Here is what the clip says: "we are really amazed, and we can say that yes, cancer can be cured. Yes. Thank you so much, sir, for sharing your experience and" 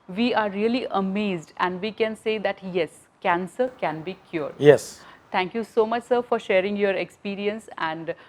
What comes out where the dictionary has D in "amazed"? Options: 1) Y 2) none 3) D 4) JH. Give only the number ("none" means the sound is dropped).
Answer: 3